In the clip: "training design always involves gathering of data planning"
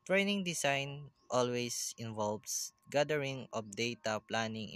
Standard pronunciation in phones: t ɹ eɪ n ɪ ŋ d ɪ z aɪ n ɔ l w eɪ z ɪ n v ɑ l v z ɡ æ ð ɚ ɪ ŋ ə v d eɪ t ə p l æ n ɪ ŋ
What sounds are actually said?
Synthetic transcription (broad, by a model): t ɹ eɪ n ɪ ŋ d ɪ s aɪ n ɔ l w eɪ s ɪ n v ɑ l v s ɡ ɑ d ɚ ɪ ŋ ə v d eɪ t ə p l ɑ n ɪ ŋ